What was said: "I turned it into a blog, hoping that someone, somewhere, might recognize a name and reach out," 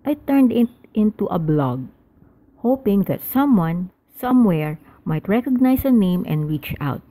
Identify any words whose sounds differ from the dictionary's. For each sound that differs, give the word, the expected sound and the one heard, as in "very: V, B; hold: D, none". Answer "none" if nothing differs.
recognize: Z, S